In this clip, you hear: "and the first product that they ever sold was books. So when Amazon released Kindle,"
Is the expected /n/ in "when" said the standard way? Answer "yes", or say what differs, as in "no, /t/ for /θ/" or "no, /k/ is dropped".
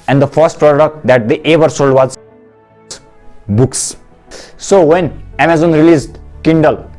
yes